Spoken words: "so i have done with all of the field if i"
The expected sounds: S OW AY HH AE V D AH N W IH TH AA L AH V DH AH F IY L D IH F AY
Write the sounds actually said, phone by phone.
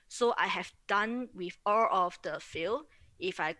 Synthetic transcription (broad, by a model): S OW AY HH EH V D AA N W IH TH AA L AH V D AH F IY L IH F AY